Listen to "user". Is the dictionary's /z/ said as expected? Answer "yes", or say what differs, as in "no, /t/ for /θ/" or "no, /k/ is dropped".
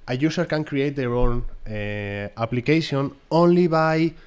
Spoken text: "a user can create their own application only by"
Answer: no, /s/ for /z/